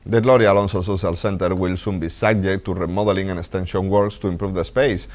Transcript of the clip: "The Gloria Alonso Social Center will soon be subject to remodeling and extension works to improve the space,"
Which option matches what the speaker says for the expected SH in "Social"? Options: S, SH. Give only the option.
S